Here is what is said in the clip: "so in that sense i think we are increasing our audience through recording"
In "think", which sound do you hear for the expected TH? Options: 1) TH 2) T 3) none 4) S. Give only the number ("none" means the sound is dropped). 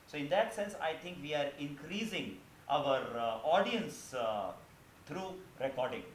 2